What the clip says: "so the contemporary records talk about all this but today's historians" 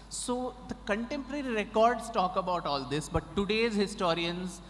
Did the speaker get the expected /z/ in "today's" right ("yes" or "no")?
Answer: yes